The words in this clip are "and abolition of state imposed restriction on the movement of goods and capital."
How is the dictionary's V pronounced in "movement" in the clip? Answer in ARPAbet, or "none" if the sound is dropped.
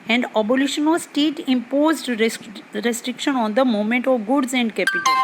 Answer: none